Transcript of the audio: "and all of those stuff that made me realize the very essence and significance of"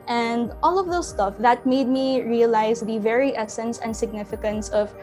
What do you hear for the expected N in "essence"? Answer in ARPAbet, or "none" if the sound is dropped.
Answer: N